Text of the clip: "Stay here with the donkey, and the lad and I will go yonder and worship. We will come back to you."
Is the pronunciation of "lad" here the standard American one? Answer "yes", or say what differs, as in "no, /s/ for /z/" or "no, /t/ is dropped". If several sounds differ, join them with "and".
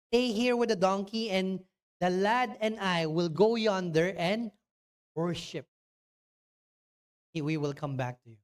yes